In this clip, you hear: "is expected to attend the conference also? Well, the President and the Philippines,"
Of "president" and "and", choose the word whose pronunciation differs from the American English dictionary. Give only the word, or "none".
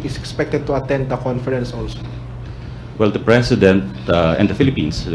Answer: president